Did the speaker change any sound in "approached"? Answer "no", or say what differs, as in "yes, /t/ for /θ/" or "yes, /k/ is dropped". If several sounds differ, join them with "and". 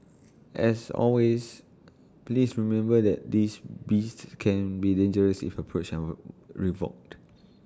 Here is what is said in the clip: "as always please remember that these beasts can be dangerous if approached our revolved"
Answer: yes, /t/ is dropped